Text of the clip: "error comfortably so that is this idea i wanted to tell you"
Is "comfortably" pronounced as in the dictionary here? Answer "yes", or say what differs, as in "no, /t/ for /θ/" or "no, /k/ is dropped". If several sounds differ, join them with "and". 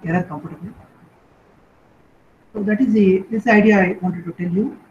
no, /p/ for /f/